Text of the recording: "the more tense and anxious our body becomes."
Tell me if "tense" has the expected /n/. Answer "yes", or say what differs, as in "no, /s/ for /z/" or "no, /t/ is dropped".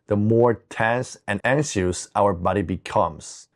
yes